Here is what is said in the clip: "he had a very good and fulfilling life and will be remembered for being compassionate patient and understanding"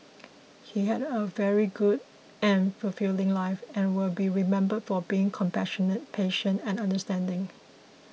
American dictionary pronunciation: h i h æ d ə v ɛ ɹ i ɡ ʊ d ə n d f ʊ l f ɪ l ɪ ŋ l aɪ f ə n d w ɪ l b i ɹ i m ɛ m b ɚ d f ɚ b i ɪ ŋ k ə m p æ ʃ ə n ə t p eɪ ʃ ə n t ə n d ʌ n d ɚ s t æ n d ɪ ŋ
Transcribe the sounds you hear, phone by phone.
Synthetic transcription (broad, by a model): h i h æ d ə v ɛ ɹ i ɡ ʊ d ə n f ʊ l f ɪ l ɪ ŋ l aɪ f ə n w ɪ l b i ɹ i m ɛ m b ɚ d f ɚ b i ɪ ŋ k ə m p æ ʃ ə n ə t p eɪ ʃ ə n t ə n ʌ n d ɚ s t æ n d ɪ ŋ